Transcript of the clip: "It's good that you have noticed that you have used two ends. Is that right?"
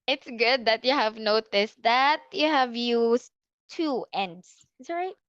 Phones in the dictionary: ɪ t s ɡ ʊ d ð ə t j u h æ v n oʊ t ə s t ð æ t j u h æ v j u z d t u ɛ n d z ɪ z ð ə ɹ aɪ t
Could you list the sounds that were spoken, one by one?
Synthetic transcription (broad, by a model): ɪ t s ɡ ʊ d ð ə t j u h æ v n oʊ t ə s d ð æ t j u h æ v j u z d t u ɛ n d s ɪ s ɹ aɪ t